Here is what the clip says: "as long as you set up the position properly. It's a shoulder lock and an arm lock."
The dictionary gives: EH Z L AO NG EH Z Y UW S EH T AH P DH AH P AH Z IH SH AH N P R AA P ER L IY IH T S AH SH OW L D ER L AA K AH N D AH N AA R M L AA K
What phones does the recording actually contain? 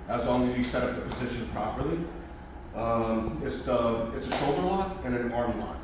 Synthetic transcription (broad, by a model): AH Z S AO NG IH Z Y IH S EH T AH P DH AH P AH Z IH SH AH N P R AA P ER L IY IH T S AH SH OW L D ER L AA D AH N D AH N AA R M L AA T